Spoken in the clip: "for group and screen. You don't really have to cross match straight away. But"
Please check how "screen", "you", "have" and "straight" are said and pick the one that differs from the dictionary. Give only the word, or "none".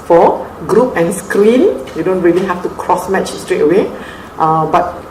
have